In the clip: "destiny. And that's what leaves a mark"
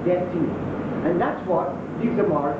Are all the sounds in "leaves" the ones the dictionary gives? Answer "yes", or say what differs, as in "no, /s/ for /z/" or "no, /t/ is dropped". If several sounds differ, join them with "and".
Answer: no, /v/ is dropped